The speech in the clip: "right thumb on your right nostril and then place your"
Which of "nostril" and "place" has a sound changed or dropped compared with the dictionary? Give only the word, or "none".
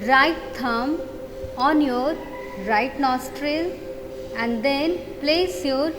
none